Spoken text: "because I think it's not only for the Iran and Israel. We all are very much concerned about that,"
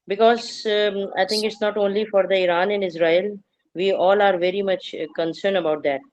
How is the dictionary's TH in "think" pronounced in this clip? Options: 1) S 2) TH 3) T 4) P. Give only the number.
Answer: 3